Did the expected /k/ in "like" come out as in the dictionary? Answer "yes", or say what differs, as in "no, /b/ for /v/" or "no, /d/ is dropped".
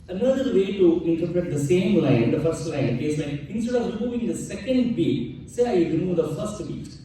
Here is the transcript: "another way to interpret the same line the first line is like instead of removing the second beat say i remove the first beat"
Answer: no, /k/ is dropped